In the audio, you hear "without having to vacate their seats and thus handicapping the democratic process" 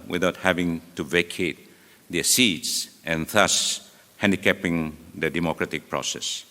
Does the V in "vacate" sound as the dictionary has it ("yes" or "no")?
yes